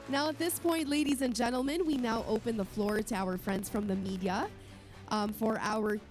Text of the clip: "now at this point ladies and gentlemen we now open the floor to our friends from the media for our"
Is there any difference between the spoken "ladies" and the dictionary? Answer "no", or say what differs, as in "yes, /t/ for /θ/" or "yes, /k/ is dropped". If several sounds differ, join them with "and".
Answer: no